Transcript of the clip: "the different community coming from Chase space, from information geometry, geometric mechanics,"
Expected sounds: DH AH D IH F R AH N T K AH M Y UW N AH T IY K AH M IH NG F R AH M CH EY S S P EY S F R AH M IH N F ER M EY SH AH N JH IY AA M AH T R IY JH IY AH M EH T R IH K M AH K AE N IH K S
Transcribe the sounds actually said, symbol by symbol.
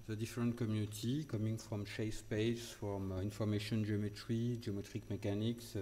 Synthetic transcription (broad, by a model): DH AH D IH F R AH N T K AH M Y UW N AH T IY K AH M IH NG F R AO M SH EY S S P EY S F R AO M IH N F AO M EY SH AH N JH IY AA M AH T R IY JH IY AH M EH T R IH K M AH K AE N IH K S